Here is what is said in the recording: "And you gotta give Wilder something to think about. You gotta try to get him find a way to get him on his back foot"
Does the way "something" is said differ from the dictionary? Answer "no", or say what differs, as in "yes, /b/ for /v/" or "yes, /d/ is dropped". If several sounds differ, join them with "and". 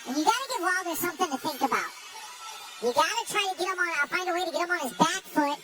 no